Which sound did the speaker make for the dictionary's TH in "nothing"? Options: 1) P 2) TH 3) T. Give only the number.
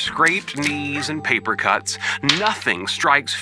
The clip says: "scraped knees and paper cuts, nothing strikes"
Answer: 2